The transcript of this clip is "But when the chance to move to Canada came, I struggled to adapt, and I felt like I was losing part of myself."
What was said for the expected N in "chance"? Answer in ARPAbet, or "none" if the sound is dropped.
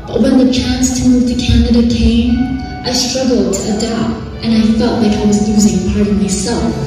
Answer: N